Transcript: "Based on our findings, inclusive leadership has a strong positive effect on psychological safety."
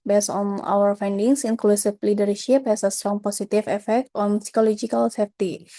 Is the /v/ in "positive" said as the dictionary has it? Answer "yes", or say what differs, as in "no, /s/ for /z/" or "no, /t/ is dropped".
no, /f/ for /v/